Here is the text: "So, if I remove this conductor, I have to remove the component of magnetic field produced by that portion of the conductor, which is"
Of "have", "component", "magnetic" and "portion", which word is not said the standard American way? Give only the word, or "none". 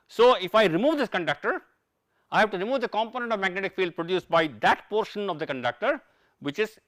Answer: none